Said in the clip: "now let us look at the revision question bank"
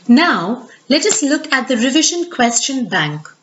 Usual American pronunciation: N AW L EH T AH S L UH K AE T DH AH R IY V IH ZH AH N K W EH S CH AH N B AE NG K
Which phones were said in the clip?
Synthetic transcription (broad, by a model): N AW L EH T AH S L UH K AE T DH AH R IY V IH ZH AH N K W EH S CH AH N B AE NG K